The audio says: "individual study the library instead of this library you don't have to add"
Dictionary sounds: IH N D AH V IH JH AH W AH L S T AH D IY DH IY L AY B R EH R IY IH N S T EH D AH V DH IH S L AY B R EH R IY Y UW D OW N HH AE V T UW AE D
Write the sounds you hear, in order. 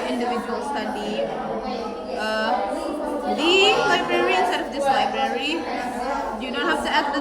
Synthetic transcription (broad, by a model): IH N D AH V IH JH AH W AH L S T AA D IY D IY L AY B R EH R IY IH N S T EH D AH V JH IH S L AY B R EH R IY Y UW D OW N HH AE F T UW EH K